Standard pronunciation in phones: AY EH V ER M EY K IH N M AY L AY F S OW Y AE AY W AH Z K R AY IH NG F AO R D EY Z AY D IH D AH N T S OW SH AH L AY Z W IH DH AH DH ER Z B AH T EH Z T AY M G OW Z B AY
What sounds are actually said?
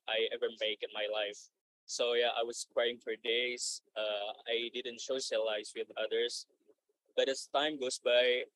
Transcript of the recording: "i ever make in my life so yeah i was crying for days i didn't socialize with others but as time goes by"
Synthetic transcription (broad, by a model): AY EH V ER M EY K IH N M AY L AY F S OW Y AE AY W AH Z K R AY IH NG F AO R D EY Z AY D IH D AH N T SH OW S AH L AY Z W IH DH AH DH ER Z B AH T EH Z T AY M G OW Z B AY